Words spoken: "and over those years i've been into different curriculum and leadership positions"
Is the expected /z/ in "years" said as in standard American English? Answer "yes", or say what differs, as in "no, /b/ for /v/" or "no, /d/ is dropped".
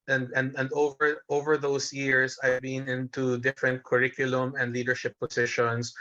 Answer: no, /s/ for /z/